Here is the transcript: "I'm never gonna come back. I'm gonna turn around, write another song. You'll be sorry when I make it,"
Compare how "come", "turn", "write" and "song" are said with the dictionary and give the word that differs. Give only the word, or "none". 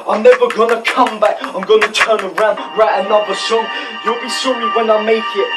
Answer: none